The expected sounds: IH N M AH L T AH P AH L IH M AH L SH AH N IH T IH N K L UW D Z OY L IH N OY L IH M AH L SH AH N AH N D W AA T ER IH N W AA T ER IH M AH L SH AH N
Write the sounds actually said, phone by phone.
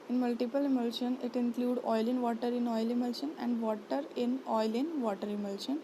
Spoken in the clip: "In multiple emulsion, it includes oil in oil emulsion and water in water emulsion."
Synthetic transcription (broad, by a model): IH N M AH L T AH P AH L IH M AH L SH AH N IH T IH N K L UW D OY L IH N OY L IH M AH L SH AH N AH N D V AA T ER IH N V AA T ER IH M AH L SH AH N